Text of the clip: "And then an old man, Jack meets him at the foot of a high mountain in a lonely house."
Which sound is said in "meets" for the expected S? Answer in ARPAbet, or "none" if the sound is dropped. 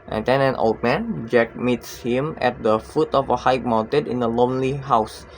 S